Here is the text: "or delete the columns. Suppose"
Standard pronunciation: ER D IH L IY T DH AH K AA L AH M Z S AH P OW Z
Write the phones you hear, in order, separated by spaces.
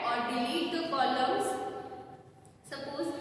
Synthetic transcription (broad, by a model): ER D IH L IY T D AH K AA L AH Z S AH P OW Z